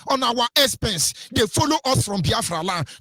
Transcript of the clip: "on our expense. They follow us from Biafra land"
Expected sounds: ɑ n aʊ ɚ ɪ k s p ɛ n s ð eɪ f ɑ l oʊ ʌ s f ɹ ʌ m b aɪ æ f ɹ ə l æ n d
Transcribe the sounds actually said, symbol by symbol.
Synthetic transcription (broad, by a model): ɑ n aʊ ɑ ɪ s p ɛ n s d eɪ f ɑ l oʊ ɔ s f ɹ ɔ m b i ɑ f ɹ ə l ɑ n